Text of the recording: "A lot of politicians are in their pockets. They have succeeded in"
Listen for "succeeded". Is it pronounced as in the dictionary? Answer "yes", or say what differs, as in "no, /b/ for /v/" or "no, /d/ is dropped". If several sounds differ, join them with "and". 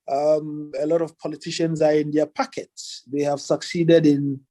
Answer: yes